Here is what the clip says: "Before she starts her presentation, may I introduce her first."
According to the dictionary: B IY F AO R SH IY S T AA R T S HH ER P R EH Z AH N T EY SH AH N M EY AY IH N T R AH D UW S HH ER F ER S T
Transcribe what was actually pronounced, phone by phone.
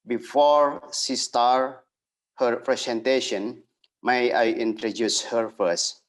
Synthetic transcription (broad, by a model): B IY F AO R S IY S T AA R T HH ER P R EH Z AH N T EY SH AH N M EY AY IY N T R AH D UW S HH ER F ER S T